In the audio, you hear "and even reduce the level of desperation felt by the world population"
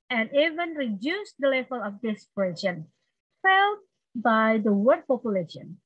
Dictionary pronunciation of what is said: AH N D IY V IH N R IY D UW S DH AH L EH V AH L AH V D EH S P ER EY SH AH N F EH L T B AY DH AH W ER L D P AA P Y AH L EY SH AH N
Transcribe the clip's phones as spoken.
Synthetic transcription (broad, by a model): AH N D IY V IH N R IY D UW S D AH L EH V AH L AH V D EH S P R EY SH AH N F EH L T B AY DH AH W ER D P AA P Y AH L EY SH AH N